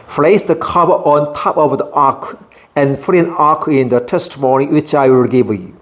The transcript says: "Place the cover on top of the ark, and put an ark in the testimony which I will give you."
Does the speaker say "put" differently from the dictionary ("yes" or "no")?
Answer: yes